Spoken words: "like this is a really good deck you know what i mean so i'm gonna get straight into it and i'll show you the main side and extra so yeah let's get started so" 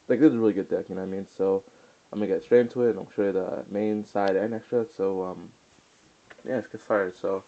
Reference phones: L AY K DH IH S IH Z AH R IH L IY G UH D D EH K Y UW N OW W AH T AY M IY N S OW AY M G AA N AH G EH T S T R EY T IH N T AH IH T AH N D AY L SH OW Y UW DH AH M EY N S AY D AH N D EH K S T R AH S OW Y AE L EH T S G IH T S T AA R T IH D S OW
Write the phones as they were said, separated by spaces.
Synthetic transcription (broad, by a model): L AY K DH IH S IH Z AH R IH L IY G UH D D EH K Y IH N OW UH AY M IY N S OW AY M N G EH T S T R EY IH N T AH IH T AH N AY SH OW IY DH AH M EY N S AY D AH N EH K S T R AH S OW Y AE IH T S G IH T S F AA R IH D S OW